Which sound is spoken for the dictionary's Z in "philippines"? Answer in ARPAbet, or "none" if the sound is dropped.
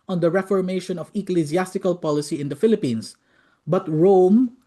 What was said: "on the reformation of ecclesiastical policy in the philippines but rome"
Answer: S